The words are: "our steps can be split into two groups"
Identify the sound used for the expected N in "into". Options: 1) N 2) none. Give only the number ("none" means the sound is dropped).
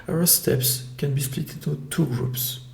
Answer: 2